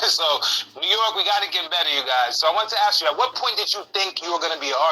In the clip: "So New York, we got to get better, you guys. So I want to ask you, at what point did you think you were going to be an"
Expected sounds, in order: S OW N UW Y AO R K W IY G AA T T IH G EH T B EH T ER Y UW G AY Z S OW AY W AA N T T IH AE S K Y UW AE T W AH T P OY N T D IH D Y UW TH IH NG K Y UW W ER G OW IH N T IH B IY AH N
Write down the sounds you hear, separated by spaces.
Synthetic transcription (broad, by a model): S OW N UW Y AO R K W IY G AA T T IH G EH T B EH T ER Y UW G AY Z S OW AY W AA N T T IH AE S K Y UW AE T W AH T P OY N T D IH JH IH TH IH NG K Y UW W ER G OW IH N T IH B IY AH